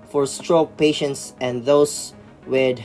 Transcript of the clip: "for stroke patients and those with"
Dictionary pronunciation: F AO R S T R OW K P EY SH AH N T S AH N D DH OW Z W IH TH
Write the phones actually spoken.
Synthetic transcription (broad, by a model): F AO R S T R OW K P EY SH AH N T S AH N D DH OW S W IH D